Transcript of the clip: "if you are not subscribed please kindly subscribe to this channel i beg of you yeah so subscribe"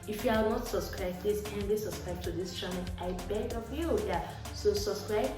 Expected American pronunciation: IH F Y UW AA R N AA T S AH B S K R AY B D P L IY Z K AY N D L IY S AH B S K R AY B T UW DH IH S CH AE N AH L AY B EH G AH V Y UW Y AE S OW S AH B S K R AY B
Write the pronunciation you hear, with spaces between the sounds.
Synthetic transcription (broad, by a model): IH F Y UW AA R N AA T S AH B S K R AY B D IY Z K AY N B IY S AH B S K R AY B T UW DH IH S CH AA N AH N AY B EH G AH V Y UW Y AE S OW S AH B S K R AY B